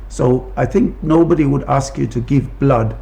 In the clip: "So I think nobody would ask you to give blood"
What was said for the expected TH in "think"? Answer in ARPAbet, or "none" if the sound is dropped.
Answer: TH